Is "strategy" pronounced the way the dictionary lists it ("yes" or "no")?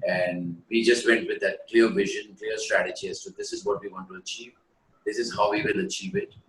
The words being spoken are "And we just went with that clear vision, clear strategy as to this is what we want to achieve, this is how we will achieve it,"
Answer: yes